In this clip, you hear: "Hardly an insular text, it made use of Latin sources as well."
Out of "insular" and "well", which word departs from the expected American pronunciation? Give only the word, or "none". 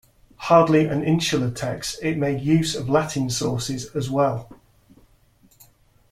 insular